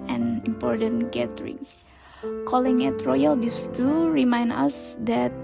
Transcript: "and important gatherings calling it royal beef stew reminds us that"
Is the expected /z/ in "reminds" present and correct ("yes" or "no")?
no